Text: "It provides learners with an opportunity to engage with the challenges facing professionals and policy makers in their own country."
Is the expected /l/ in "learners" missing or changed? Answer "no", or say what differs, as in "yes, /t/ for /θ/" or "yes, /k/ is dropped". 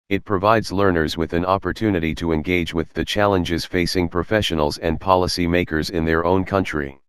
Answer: no